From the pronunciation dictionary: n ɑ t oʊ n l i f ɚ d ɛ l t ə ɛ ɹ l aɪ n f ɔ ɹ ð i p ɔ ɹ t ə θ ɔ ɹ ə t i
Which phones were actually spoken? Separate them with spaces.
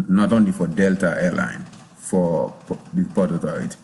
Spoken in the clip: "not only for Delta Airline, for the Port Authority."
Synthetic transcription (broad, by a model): n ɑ t oʊ n l i f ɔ d ɛ l t ə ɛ l aɪ n f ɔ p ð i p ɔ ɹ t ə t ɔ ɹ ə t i